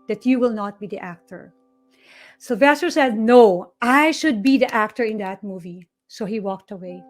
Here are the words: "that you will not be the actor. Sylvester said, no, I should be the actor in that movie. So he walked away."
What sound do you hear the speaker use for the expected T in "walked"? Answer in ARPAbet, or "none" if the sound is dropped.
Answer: T